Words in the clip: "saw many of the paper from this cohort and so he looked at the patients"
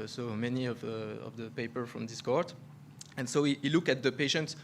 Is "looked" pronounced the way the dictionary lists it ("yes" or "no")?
no